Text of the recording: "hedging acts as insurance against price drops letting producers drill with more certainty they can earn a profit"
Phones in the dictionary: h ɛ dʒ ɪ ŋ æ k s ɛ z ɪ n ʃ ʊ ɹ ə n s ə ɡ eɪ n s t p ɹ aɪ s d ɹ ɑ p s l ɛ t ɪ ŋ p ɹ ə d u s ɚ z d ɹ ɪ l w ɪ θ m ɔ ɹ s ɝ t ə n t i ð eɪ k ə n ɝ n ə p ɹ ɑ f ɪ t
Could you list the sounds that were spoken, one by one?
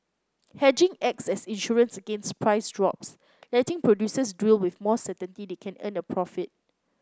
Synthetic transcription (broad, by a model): h ɛ dʒ ɪ ŋ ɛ k s ɛ s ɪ n ʃ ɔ ɹ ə n s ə ɡ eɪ n s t p ɹ aɪ s d ɹ ɑ p s l ɛ t ɪ ŋ p ɹ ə d u s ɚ s d w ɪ l w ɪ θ m ɔ s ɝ t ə n t i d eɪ k ə n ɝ n ə p ɹ ɑ f ɪ t